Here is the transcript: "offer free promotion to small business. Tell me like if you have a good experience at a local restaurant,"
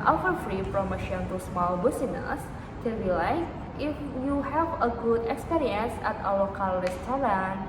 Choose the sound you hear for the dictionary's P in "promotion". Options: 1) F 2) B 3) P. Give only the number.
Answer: 1